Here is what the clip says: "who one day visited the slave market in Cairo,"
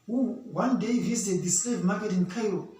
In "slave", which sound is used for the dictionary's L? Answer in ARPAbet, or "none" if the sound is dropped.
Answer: none